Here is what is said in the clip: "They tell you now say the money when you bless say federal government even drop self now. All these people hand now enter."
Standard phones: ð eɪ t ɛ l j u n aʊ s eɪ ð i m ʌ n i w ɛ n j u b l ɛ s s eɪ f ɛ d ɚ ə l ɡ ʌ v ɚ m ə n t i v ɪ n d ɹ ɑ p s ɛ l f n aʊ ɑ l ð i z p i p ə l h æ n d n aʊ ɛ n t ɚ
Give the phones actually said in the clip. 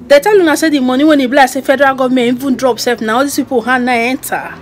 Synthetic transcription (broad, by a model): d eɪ t ɛ l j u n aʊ s eɪ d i m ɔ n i w ɛ n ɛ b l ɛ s s eɪ f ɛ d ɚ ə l ɡ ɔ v m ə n i v ɪ n d ɹ ɑ p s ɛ f n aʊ ɑ l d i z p i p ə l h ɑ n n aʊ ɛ n t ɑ